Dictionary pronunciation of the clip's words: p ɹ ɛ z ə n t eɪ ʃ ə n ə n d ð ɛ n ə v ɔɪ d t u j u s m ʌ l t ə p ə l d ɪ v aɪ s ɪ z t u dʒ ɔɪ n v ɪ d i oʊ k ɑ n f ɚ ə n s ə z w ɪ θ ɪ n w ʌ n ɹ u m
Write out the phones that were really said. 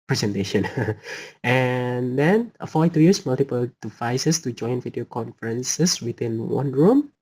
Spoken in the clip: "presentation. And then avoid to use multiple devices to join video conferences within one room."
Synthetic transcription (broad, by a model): p ɹ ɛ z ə n t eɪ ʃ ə n ə n d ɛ n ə f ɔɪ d t u j u s m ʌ l t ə p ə l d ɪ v aɪ s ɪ s t u dʒ ɔɪ n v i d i oʊ k ɑ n f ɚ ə n s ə s w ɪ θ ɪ n w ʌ n ɹ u m